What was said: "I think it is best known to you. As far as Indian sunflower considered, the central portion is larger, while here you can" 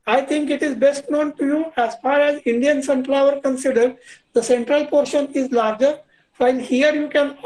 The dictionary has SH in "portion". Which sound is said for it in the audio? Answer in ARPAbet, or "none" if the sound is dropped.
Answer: SH